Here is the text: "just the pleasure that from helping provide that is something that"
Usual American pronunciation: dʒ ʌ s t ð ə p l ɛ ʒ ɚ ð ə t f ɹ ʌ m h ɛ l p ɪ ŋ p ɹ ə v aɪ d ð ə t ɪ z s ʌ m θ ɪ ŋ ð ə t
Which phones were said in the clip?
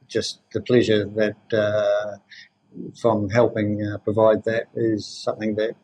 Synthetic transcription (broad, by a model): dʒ ʌ s t ð ə p l ɛ ʒ ɚ ð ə t f ɹ ʌ m h ɛ l p ɪ ŋ p ɹ ə v aɪ d ð ə t ɪ z s ʌ m θ ɪ ŋ ð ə t